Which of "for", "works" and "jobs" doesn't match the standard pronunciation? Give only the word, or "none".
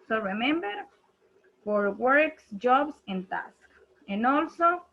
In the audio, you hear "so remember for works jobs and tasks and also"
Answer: jobs